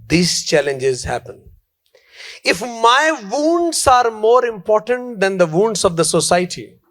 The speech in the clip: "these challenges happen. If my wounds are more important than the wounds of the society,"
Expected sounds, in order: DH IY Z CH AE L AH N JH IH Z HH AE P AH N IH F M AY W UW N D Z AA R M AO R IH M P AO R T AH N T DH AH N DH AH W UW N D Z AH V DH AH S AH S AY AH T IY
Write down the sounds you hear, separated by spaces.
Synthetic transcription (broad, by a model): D IY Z CH AE L AH N JH IH Z HH AE P AH N IH F M AY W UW N D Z AA R M AO R IH M P AO R T AH N T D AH N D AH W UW N D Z AH V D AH S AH S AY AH T IY